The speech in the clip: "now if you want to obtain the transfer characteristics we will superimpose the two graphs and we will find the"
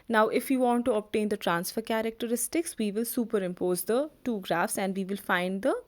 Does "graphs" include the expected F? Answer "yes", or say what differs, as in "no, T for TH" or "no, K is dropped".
yes